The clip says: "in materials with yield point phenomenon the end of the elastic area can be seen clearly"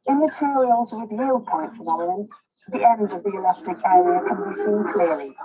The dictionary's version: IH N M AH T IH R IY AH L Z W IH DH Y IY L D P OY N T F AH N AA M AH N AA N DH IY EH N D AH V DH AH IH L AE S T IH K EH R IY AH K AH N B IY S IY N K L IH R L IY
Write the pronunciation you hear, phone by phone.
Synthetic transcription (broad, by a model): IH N M AH T IH R IY AH L Z W IH DH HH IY L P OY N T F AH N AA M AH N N DH IY EH N D AH V DH AH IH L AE S T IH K EH R IY AH K AH N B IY S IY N K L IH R L IY